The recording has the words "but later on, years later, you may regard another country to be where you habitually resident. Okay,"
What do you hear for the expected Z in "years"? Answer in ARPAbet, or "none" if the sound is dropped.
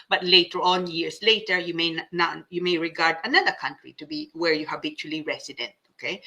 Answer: S